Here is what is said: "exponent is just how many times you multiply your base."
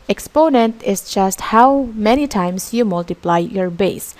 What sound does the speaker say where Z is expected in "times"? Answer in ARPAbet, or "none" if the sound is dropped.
S